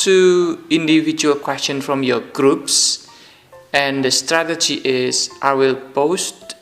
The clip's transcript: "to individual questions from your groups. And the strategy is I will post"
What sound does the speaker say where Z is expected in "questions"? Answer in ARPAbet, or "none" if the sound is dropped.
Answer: none